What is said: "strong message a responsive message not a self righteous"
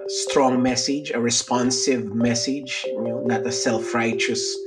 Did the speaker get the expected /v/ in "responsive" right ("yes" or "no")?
yes